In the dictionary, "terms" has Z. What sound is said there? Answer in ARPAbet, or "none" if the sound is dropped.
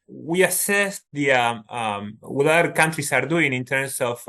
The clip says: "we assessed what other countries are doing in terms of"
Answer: S